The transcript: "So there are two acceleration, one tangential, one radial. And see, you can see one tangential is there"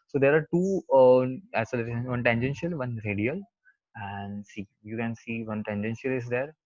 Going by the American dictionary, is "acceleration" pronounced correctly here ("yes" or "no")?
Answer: no